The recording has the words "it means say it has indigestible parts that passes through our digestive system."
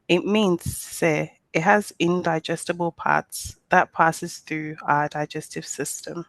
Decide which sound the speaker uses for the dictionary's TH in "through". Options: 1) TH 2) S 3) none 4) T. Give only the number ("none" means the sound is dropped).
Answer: 1